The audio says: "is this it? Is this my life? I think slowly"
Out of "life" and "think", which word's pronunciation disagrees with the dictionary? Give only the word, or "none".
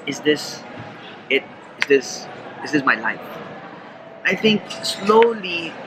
think